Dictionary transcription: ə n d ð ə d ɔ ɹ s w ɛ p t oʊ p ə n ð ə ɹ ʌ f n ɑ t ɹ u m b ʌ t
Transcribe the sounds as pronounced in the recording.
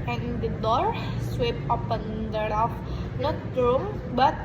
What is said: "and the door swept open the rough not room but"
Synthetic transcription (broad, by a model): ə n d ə d ɔ ɹ s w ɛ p oʊ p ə n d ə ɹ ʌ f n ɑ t ɹ u m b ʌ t